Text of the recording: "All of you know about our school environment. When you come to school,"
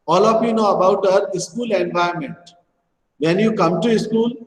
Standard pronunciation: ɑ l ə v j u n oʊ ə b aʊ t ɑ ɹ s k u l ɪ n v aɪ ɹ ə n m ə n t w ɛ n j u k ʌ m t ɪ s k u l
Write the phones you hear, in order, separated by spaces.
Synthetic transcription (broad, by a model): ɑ l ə f j u n oʊ ə b aʊ t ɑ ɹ s k u l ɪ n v aɪ ə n m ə n t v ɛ n j u k ʌ m t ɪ s k u l